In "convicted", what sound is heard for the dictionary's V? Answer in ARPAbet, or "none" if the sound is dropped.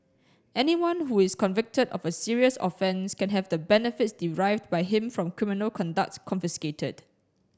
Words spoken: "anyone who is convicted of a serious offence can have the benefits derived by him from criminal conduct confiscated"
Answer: V